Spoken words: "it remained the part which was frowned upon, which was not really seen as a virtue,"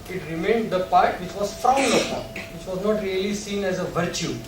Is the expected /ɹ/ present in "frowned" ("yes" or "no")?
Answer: no